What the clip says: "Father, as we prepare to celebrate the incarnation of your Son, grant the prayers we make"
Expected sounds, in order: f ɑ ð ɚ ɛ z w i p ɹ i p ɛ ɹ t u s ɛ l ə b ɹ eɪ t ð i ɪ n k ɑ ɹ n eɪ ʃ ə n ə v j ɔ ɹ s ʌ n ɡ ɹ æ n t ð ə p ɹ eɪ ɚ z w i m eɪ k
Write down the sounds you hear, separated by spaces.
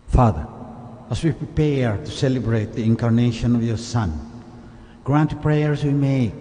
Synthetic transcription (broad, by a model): f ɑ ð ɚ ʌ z w i p ɹ i p ɛ ɹ t u s ɛ l ə b ɹ eɪ t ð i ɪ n k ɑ ɹ n eɪ ʃ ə n ə v j ɔ ɹ s ʌ n ɡ ɹ æ n t p ɹ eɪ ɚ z w i m eɪ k